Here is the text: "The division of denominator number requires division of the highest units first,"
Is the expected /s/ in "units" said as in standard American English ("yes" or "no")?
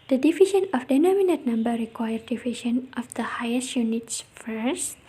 yes